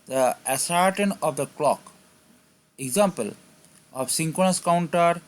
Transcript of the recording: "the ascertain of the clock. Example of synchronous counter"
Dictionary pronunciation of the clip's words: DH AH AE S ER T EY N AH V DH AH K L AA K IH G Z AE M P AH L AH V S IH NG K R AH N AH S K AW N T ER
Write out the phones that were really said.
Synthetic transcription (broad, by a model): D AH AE S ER T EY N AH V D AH K L AA K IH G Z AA M P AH L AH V S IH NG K AH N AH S K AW N T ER